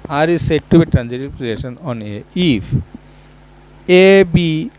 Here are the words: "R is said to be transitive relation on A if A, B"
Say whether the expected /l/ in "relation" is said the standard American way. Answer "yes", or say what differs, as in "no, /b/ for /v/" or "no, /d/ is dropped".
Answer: no, /l/ is dropped